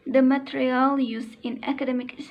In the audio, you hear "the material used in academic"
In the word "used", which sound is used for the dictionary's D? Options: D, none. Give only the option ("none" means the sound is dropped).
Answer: none